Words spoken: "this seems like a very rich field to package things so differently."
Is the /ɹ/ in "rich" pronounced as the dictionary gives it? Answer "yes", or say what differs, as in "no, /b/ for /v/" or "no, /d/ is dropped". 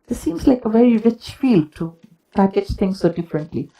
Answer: yes